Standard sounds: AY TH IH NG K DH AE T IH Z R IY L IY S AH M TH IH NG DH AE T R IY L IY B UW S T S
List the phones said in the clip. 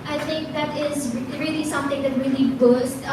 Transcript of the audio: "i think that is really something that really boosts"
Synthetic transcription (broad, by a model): AY T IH NG K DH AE T IH Z R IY L IY S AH M T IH NG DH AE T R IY L IY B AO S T